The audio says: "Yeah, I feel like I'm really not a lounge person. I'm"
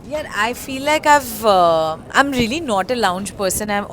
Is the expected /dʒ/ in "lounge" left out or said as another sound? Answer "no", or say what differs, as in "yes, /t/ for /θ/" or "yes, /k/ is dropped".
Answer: no